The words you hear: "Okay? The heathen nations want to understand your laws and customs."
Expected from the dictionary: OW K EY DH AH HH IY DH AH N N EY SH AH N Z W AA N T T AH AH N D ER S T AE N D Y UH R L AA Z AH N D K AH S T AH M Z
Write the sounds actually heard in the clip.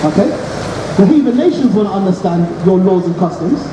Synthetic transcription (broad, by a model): OW K EY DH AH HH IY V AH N N EY SH AH N Z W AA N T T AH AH N D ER S T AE N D Y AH L AA Z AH N K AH S T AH M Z